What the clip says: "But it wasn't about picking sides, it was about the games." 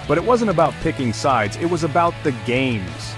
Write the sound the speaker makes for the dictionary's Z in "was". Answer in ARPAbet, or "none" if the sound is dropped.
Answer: Z